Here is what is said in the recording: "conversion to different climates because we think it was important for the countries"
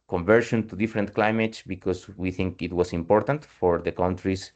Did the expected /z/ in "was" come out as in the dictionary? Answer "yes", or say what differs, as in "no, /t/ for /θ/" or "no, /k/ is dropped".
no, /s/ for /z/